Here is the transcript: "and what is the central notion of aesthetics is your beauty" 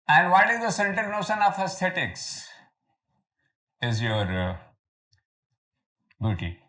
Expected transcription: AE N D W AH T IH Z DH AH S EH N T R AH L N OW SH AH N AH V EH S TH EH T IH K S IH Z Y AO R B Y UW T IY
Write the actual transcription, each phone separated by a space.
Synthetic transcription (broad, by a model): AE N D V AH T IH Z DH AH S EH N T AH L N OW SH AH N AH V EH S T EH T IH K S IH Z Y AO R B Y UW T IY